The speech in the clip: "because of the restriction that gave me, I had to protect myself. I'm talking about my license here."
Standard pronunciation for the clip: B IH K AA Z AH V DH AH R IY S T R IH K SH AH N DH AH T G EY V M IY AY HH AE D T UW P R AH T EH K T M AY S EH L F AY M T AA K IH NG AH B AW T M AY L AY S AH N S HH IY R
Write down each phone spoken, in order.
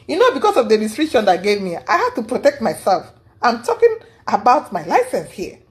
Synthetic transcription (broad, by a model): B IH K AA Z AH V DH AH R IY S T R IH SH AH N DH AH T G EY V M IY AY HH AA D T UW P R AH T EH K T M AY S EH L F AY M T AA K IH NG AH B AW T M AY L AY S AH N S HH IY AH